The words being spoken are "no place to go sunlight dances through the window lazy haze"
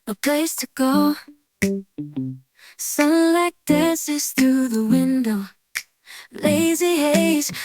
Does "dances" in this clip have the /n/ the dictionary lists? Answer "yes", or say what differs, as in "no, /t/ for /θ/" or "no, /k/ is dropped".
no, /n/ is dropped